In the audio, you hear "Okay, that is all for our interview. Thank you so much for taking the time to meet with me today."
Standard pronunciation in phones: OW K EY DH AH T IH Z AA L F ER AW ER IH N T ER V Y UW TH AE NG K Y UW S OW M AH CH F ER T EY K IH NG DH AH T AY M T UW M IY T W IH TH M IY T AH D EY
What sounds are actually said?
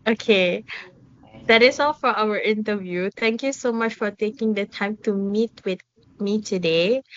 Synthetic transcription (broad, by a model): OW K EY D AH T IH S AA L F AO AW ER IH N T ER V Y UW T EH NG K Y UW S OW M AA CH F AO T EY K IH NG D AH T AY M T UW M IY T W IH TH M IY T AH D EY